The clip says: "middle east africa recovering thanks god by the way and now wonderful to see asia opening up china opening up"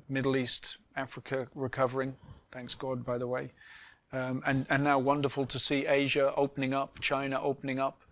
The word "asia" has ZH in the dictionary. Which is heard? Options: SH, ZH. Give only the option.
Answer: ZH